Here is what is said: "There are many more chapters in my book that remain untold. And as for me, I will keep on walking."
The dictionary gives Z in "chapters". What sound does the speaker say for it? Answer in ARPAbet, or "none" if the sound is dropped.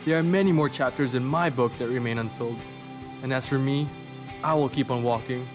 Z